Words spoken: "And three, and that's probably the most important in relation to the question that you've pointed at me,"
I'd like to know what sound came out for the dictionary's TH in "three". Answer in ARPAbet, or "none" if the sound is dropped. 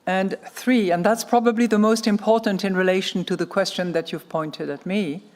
TH